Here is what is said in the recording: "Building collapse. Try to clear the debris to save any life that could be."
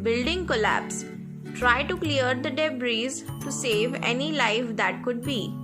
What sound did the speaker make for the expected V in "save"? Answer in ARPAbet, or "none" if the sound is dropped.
V